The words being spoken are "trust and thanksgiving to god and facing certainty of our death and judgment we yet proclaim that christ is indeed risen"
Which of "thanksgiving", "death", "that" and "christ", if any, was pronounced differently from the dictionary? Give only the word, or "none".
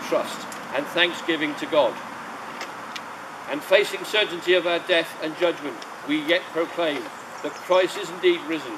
christ